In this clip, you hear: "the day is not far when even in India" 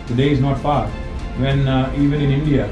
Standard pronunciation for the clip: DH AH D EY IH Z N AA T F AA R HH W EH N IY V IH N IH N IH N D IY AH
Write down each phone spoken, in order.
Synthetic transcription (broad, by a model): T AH D EY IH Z N AA T P AA R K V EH N IY V IH N IH N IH N D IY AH